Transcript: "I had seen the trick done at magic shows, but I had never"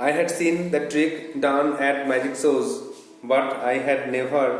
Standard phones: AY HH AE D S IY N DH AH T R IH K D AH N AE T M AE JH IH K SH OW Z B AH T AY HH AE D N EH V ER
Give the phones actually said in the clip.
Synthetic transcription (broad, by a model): AY HH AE D S IY N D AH T R IH K D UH N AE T M AE JH IH K S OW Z B AH T AY HH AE D N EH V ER